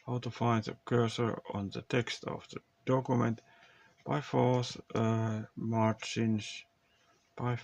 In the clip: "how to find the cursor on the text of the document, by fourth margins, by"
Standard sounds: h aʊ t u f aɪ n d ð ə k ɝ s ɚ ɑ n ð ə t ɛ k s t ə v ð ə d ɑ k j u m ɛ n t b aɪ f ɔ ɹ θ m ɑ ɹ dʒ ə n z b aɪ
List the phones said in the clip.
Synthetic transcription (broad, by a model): h aʊ t u f aɪ n d ð ə k ɝ s ɚ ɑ n ð ə t ɛ k s t ə v ð ə d ɑ k j u m ɛ n t b aɪ f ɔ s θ m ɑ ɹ tʃ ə n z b aɪ